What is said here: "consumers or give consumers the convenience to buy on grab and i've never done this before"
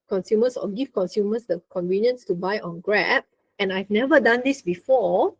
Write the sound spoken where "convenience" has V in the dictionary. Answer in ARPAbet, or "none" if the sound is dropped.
V